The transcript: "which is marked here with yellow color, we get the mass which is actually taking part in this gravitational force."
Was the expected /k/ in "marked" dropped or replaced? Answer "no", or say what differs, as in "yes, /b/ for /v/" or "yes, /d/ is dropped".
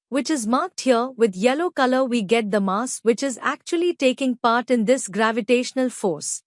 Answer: no